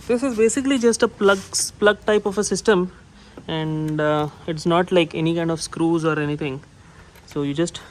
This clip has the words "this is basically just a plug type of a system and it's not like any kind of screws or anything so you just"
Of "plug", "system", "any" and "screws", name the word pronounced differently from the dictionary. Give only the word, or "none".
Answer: none